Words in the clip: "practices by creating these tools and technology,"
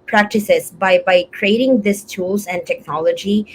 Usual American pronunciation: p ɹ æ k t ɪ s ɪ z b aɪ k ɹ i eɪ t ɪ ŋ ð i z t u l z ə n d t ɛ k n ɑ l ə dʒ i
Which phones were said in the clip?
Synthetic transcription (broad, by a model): p ɹ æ k t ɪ s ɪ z b aɪ k ɹ i eɪ t ɪ ŋ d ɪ s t u l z ə n d t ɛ k n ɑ l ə dʒ i